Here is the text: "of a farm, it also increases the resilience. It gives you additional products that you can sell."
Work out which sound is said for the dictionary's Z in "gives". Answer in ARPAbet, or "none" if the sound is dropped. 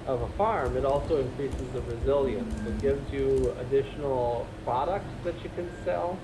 Z